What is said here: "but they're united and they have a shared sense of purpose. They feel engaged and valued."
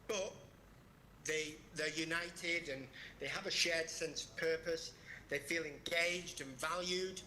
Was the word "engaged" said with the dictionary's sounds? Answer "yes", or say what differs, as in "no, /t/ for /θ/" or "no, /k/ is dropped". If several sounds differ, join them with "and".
yes